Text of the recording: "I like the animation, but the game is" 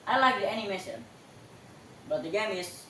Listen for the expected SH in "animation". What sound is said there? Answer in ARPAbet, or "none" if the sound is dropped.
S